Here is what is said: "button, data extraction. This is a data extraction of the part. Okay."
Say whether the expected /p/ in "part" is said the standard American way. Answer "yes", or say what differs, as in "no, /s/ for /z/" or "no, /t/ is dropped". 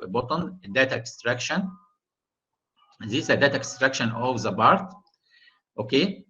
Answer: no, /b/ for /p/